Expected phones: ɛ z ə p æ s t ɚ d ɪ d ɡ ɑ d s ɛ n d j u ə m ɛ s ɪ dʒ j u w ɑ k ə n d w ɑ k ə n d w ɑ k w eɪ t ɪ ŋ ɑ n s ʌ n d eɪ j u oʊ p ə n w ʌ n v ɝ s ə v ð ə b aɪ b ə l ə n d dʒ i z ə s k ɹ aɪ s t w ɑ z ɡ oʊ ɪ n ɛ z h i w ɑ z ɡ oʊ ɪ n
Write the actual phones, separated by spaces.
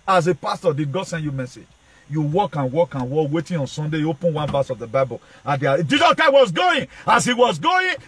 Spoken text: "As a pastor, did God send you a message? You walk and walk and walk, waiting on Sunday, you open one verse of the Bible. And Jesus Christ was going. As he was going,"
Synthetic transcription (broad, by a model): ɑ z ə p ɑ s t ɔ d ɪ d ɡ ɑ d s ɛ n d j u m ɛ s ɪ dʒ j u w ɑ k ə n w ɑ k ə n w ɑ k w eɪ t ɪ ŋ ɑ n s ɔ n d eɪ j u oʊ p ə n w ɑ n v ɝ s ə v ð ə b aɪ b ə l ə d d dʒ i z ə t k aɪ w ɑ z ɡ oʊ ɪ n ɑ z h i w ɑ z ɡ oʊ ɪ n